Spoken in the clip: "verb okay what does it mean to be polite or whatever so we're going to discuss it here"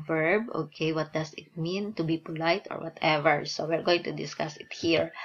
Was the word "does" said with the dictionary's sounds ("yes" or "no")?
no